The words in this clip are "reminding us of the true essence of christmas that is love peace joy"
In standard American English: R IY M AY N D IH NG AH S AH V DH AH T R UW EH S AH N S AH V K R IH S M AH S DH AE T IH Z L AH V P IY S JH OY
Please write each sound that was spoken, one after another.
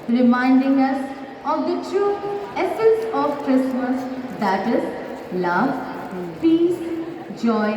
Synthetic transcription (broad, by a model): R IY M AY N D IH NG AH S AH V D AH T R UW EH S AH N S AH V K R IH S M AH S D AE T IH Z L AH V P IY S JH OY